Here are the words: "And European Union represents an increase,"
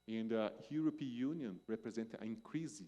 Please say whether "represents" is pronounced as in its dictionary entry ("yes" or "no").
no